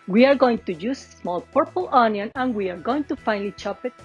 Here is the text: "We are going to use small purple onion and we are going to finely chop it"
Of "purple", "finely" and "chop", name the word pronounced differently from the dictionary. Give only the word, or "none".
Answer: none